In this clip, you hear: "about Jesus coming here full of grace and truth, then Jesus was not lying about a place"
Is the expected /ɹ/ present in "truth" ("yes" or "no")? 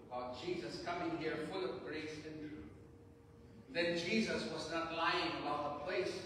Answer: no